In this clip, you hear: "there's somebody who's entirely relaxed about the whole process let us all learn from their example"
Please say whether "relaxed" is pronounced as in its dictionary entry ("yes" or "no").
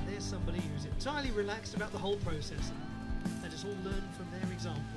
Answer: yes